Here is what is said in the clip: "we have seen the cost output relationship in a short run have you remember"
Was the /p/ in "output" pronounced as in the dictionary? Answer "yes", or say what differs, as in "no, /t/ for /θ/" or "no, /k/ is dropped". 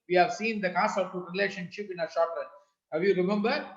no, /p/ is dropped